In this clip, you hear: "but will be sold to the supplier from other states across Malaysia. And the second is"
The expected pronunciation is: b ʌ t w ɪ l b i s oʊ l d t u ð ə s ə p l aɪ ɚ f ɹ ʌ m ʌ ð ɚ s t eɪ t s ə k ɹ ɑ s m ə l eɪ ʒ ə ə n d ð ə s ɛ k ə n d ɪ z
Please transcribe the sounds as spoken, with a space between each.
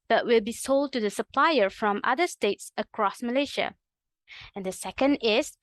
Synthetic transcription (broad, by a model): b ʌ t w ɪ l b i s oʊ l d t u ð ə s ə p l aɪ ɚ f ɹ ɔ m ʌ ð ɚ s t eɪ t s ə k ɹ ɑ s m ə l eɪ ʃ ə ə n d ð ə s ɛ k ə n d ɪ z